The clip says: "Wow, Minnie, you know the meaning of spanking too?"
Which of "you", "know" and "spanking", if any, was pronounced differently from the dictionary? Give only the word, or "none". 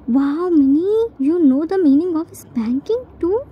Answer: spanking